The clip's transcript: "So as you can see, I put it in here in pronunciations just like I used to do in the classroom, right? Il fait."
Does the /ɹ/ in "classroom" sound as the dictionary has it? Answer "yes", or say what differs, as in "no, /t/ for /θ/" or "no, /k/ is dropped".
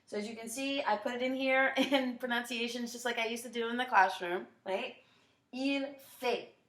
yes